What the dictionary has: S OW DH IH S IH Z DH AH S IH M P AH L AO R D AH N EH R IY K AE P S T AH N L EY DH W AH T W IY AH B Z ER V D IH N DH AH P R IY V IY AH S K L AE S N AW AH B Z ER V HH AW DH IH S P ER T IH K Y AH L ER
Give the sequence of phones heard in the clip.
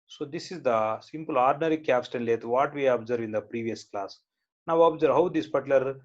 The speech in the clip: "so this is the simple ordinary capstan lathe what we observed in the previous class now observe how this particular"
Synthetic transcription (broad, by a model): S OW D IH S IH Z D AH S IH M P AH L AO R D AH N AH R IY K AE P S T AH N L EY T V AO T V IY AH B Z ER V IH N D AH P R IY V IY AH S K L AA S N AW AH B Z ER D HH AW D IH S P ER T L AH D